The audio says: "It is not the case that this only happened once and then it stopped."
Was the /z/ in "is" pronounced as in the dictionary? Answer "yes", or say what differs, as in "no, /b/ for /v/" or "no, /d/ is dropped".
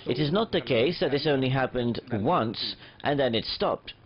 yes